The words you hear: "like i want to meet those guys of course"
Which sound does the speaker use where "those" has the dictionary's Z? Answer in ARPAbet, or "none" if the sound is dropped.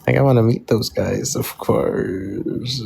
Z